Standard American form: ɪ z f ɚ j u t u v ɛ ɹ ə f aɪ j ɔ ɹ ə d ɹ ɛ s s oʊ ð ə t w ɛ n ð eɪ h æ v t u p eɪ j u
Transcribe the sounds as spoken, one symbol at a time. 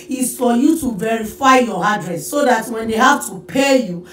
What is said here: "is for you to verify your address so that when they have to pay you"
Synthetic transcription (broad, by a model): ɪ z f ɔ j u t u v ɛ ɹ ə f aɪ j ɔ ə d ɹ ɛ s s oʊ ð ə t w ɛ n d eɪ h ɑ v t u p eɪ j u